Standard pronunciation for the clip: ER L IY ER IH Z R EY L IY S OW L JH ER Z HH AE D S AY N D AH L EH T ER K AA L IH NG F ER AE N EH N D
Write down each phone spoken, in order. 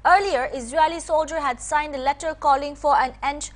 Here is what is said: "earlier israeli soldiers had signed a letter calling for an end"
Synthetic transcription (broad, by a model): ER L IY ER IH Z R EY L IY S OW L JH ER HH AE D S AY N D AH L EH T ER K AA L IH NG F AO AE N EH N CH